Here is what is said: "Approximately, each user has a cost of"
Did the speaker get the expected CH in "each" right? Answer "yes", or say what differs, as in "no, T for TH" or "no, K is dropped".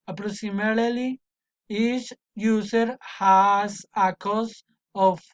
no, S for CH